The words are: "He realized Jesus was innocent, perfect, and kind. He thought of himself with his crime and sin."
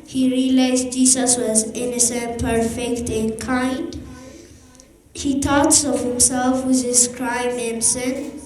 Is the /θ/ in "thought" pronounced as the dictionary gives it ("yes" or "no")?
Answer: no